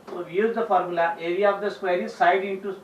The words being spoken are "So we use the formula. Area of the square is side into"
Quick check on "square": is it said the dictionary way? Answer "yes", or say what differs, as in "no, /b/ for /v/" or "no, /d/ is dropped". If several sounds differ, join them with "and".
yes